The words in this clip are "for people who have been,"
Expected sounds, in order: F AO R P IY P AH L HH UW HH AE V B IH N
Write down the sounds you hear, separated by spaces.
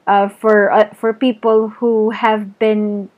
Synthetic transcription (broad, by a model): F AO R P IY P AH L HH UW HH AE V B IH N